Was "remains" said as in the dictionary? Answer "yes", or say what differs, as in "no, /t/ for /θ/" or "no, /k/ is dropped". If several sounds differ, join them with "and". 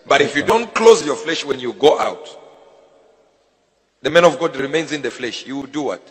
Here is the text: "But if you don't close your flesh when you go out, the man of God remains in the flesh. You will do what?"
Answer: yes